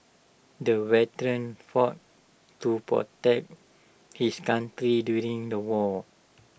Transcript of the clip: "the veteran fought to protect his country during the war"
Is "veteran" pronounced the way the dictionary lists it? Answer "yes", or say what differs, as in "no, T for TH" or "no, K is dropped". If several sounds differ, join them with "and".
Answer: no, W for V